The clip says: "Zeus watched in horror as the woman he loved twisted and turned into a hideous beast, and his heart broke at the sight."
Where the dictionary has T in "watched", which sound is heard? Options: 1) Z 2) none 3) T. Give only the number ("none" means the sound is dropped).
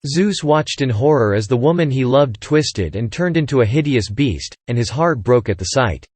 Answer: 3